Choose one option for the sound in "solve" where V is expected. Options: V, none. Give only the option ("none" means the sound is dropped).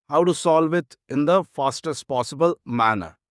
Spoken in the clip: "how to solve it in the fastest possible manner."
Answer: V